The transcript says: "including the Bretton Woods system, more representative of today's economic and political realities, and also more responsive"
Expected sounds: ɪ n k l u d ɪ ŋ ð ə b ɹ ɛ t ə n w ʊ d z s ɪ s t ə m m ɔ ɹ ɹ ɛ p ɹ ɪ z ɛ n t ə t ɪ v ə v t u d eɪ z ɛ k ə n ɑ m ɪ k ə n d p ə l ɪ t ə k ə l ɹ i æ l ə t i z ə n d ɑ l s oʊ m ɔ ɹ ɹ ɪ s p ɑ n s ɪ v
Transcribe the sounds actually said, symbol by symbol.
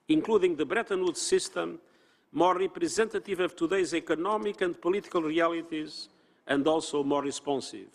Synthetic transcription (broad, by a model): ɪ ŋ k l u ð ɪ ŋ ð ə b ɹ ɛ t ə n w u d s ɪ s t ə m m ɔ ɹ ɹ ɛ p ɹ ɪ z ɛ n t ə t ɪ v ə v t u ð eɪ z ɛ k ə n ɑ m ɪ k ə n d p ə l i t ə k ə l ɹ i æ l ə t i z ə n d ɑ l s oʊ m ɔ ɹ ɹ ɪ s p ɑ n s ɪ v